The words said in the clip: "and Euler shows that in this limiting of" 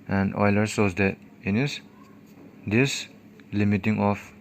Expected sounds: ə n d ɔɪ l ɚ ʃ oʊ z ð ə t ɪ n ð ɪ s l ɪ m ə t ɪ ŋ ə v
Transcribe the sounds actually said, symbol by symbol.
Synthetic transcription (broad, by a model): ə n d ɔɪ l ɚ s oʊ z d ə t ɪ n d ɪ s l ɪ m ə t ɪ ŋ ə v